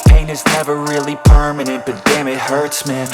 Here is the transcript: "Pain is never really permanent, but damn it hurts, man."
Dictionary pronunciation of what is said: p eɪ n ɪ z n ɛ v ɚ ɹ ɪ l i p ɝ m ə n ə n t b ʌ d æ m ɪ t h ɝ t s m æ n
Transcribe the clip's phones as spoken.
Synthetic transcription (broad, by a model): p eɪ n ɪ z n ɛ v ɚ ɹ ɪ l i p ɝ m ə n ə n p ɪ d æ m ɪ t h ɝ t s m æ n